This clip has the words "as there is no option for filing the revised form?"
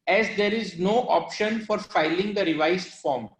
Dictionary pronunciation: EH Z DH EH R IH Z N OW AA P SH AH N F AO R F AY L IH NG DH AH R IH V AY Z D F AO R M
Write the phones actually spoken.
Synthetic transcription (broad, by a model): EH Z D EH R IH Z N OW AA P SH AH N F AO R F AY L IH NG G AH R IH V AY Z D F AO R M